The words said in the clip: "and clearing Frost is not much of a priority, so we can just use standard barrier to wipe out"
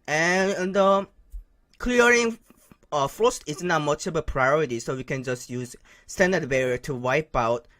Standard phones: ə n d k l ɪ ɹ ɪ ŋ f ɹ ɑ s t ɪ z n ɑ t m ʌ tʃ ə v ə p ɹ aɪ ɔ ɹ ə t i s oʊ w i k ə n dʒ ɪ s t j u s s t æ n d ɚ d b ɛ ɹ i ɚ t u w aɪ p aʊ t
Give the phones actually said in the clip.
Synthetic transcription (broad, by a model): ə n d k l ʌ ɹ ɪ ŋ f ɹ ɑ s t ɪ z n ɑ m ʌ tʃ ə b ə p ɹ aɪ ɔ ɹ ə t i s oʊ w i k ə n dʒ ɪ s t j u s s t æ n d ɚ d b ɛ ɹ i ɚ t u w aɪ p aʊ t